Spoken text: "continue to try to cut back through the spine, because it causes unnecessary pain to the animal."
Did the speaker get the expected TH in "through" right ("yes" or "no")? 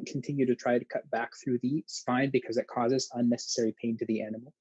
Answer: yes